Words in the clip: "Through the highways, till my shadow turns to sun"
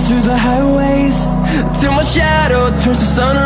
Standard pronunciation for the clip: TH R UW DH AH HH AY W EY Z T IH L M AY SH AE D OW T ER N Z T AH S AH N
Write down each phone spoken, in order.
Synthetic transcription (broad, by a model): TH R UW DH AH HH AY W EY Z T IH M AY SH AE D OW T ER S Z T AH S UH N